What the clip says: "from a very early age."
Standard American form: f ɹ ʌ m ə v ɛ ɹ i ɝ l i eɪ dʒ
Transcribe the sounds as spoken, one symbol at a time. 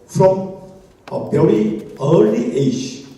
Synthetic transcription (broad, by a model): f ɹ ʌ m ə b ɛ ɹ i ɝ l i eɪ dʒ